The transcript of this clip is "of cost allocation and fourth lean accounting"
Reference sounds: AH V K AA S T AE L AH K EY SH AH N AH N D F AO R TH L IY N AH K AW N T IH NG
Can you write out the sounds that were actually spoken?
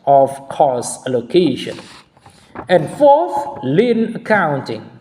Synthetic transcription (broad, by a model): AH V K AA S AE L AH K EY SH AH N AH N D F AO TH L IY N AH K AW N T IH NG